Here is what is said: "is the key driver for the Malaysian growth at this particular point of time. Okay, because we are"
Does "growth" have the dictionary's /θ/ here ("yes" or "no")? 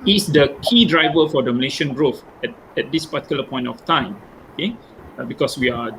no